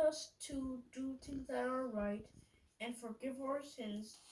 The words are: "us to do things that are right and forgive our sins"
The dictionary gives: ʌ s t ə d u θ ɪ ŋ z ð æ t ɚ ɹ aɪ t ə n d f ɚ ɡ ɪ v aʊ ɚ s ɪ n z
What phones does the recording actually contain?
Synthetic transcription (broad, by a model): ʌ s t ə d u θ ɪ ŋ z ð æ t ɚ ɹ aɪ t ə n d f ɚ ɡ ɪ v aʊ ɚ s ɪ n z